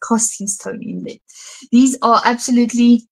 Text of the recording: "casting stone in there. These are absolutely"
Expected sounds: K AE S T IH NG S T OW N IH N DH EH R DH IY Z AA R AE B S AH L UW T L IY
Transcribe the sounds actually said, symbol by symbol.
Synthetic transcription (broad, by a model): K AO S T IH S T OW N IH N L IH DH IY Z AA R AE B S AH L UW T L IY